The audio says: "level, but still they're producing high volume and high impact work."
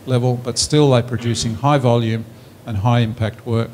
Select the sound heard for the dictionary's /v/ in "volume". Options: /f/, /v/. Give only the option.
/v/